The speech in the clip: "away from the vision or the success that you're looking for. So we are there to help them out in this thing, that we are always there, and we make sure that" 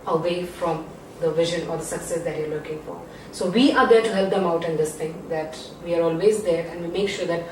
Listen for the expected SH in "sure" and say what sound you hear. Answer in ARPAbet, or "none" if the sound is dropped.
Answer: SH